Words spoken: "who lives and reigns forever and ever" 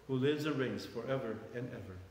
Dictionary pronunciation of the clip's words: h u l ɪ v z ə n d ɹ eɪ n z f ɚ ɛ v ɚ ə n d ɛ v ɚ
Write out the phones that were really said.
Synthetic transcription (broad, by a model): h u l ɪ v z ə n ɹ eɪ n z f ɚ ɛ v ɚ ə n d ɛ v ɚ